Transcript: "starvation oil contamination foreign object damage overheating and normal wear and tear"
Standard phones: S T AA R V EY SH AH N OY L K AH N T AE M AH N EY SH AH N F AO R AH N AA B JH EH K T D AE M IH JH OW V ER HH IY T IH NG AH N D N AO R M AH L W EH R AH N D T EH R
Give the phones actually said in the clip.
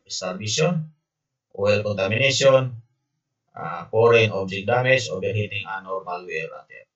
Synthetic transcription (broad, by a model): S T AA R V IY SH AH N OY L K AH N T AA M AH N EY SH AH N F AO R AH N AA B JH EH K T D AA M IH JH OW B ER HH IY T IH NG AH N N AO R M AH L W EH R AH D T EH